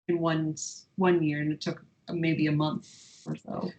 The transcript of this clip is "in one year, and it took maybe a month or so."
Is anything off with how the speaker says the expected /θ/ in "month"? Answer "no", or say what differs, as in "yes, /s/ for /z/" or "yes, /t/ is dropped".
no